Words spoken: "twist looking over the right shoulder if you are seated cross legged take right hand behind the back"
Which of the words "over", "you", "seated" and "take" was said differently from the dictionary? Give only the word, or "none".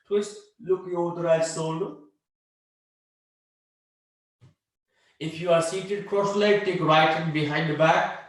over